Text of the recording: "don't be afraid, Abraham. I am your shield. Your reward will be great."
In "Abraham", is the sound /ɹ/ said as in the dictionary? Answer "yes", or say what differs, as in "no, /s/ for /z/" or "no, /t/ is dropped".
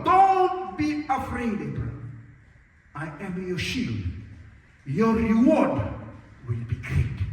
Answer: no, /ɹ/ is dropped